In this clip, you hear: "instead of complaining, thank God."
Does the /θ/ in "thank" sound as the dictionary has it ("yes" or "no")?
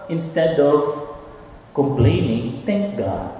no